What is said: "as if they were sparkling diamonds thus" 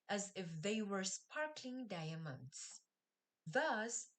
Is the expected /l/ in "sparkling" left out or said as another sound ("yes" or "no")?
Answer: no